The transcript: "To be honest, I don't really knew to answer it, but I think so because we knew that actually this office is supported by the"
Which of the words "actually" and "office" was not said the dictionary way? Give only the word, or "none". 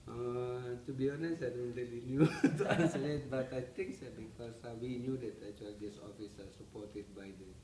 actually